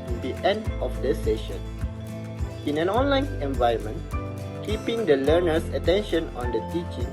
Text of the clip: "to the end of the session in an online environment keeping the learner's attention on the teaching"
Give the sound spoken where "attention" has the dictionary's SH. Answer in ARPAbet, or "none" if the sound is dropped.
SH